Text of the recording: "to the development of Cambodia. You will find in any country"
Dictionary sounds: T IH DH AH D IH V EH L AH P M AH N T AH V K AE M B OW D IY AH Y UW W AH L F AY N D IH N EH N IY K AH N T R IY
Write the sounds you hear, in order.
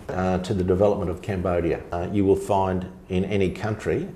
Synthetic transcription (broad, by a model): T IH DH AH D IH V EH L AH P M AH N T AH V K AE M B OW D IY AH Y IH W AH L F AY N D IH N EH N IY K AH N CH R IY